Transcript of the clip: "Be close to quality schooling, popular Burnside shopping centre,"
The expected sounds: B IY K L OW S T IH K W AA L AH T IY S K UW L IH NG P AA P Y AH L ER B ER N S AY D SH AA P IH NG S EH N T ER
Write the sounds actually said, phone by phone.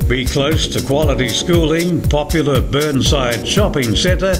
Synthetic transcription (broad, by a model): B IY K L OW S T IH K W AA L AH T IY S K UW L IH NG P AA P Y L ER B ER N S AY D SH AA P IH NG S EH N T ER